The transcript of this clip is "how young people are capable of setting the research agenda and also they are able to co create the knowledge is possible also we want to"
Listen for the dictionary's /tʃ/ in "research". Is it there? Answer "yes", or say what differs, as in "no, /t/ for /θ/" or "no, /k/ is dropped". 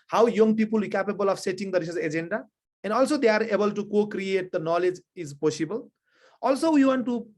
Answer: no, /s/ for /tʃ/